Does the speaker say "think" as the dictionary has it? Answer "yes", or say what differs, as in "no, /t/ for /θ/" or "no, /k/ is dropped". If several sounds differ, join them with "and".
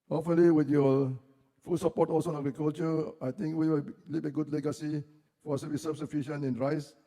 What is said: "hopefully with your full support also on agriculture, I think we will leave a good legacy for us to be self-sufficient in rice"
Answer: no, /t/ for /θ/